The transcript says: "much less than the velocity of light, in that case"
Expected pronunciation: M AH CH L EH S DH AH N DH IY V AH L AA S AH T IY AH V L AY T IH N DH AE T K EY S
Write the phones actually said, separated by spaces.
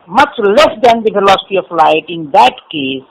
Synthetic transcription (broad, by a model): M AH CH L EH S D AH N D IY F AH L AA S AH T IY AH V L AY T IH N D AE T K EY S